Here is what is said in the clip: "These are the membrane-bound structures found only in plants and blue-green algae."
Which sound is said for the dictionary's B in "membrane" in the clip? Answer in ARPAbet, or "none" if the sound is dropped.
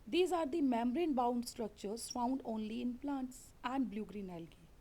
none